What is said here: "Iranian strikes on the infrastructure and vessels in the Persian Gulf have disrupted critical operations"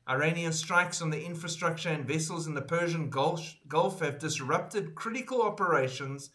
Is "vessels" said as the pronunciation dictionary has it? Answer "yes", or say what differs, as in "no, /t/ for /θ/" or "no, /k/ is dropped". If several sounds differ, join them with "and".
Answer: yes